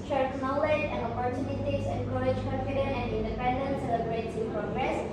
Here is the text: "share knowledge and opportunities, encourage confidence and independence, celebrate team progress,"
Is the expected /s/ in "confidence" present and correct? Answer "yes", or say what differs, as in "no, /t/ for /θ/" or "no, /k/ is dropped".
no, /s/ is dropped